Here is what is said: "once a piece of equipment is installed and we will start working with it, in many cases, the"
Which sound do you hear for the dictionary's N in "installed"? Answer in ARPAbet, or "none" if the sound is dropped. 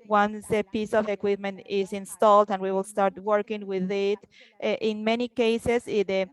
N